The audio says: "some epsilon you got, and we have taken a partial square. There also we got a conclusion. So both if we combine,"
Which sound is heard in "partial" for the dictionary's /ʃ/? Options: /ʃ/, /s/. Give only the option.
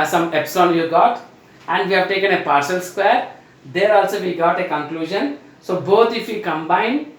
/s/